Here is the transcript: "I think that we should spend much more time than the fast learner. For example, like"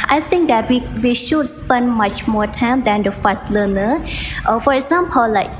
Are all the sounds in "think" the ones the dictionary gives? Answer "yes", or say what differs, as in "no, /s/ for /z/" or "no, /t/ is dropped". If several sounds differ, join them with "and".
no, /t/ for /θ/